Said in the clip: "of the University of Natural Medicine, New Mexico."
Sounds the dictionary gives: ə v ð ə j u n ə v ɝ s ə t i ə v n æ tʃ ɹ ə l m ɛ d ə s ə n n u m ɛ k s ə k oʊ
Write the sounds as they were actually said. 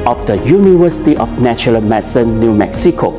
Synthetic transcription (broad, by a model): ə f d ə j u n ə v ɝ s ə t i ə f n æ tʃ ə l m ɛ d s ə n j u m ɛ k s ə k oʊ